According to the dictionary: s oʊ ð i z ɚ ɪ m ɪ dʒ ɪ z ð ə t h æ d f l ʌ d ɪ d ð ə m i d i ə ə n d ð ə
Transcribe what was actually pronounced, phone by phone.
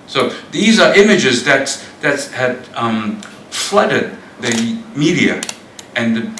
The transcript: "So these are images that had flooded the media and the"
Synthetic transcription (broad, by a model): s oʊ ð i z ɚ ɪ m ɪ dʒ ɪ z ð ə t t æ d f l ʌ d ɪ d ð ə m i d i ə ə n ð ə